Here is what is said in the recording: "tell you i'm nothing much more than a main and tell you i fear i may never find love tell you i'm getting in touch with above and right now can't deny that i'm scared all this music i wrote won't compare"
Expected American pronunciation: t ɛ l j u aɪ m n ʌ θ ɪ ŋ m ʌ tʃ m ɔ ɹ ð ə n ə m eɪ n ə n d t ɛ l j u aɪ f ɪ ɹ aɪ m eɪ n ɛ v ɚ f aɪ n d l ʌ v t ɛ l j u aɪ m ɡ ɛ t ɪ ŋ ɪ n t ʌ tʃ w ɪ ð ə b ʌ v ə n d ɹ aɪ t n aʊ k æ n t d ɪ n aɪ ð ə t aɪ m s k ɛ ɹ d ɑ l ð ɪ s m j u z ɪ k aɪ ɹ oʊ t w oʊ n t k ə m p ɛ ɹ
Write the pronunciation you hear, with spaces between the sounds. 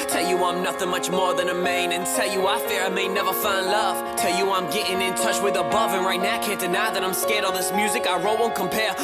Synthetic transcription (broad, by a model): t ɛ l j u aɪ m n ʌ θ ɪ ŋ m ʌ tʃ m ɔ ɹ ð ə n ə m eɪ n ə n t ɛ l j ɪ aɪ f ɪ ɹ aɪ m eɪ n ɛ v ɚ f aɪ n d l ʌ v t ɛ l j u aɪ m ɡ ɛ t ɪ ŋ ɪ n t ʌ tʃ w ɪ ð ə b ʌ v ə n ɹ aɪ t n aʊ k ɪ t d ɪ n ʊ ð ə t aɪ m s k ɛ ɹ d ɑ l ð ɪ s m j u z ɪ k aɪ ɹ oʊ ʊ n k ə m p ɛ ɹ